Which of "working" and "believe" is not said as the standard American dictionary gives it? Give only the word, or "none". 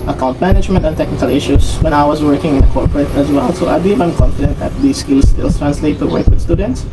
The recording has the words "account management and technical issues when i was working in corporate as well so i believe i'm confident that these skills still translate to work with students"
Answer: believe